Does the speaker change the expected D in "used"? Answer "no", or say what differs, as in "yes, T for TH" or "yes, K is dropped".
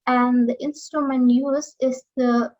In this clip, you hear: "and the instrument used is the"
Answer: yes, D is dropped